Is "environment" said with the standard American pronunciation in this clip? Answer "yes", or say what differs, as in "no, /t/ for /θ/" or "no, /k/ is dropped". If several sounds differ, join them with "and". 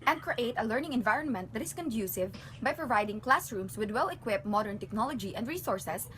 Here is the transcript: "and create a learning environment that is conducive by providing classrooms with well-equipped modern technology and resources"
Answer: yes